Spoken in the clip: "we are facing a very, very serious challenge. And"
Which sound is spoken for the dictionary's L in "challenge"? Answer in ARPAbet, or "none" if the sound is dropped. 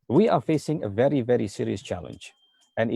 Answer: L